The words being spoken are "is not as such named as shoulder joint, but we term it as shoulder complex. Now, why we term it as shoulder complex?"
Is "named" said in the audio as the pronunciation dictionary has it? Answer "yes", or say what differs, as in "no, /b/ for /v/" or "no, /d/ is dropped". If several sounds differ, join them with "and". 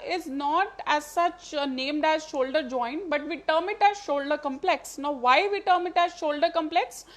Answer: yes